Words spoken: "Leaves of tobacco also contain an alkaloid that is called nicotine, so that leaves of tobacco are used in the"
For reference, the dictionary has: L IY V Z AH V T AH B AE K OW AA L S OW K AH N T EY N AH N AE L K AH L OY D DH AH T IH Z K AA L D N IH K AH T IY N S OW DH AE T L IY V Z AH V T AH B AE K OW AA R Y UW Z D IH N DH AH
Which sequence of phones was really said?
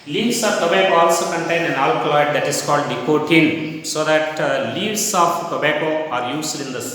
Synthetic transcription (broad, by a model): L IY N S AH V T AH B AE K OW AA L S OW K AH N T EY N AH N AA L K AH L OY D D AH T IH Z K AA L D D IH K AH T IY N S OW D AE T L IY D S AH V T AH B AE K OW AA R Y UW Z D IH N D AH